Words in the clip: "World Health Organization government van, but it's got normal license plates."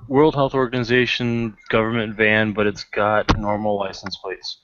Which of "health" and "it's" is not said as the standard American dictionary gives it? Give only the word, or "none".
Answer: none